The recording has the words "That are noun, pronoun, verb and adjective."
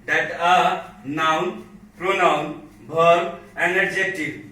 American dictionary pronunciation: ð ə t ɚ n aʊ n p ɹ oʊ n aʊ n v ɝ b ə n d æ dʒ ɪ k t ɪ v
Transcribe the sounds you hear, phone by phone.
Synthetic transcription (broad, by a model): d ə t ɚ n aʊ n p ɹ oʊ n aʊ n b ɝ ə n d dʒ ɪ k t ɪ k